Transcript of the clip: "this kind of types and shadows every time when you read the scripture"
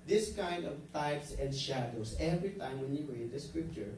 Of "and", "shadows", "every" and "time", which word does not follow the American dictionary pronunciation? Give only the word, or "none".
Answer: shadows